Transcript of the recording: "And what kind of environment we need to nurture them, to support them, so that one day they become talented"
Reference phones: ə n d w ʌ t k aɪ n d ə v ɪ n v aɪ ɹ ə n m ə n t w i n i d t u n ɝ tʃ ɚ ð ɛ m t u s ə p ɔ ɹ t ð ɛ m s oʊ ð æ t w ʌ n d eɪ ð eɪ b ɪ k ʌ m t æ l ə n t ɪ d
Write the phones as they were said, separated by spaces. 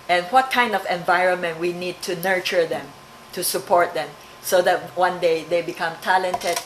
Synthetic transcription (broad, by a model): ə n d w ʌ t k aɪ n d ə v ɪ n v aɪ ɹ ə n m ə n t w i n i d t u n ɝ tʃ ɚ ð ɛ m t u s ə p ɔ ɹ t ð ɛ m s oʊ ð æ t w ʌ n d eɪ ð eɪ b ɪ k ʌ m t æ l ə n t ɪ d